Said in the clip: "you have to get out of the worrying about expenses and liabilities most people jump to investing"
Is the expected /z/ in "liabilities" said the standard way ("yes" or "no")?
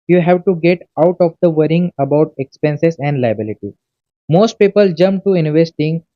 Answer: no